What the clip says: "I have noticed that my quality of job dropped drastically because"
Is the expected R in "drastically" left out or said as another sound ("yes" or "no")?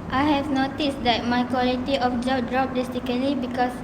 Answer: yes